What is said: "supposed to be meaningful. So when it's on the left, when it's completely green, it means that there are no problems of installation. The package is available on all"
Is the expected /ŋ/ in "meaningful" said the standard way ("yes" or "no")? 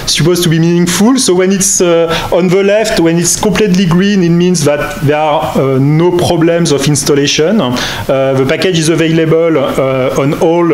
yes